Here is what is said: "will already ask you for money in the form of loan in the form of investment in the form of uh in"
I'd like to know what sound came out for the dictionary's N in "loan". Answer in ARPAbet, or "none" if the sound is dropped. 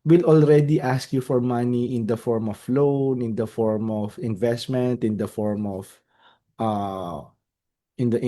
N